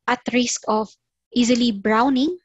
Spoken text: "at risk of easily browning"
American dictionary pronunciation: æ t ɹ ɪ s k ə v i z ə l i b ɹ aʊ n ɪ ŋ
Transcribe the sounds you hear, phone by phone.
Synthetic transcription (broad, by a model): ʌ t ɹ ɪ s k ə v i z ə l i b ɹ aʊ n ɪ ŋ